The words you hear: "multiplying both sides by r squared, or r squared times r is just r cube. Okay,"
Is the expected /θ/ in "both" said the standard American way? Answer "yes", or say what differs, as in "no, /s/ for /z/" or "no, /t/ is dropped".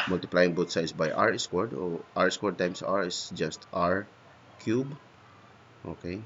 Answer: no, /t/ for /θ/